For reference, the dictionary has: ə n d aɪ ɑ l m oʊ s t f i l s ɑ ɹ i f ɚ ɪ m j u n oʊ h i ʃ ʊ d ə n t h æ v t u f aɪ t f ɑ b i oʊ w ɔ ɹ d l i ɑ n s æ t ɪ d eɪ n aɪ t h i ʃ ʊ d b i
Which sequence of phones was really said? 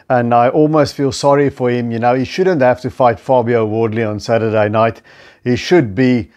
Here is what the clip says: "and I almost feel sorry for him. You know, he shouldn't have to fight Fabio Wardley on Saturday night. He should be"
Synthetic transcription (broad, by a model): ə n d aɪ ɑ l m oʊ s t f i l s ɑ ɹ i f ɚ ɪ m j u n oʊ h i ʃ ʊ d ə n t h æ f t u f aɪ t f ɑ b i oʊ w ɔ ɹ d l i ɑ n s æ t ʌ d eɪ n aɪ t h i ʃ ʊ d b i